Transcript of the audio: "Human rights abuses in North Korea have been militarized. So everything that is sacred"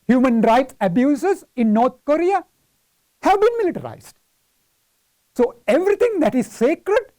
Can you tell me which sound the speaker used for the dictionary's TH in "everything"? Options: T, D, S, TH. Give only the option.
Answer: T